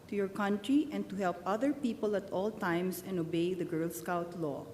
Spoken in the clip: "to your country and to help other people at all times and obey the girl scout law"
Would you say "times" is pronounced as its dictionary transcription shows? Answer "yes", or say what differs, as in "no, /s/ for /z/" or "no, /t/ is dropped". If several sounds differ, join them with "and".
no, /s/ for /z/